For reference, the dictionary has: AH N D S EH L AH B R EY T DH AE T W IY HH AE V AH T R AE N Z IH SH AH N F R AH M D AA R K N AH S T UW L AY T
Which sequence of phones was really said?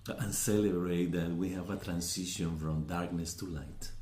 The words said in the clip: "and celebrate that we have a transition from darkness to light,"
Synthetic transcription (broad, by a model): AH N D S EH L AH B R EY T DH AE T W IY HH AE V AH T R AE N S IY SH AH N F R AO M D AA R K N AH S T UW L AY T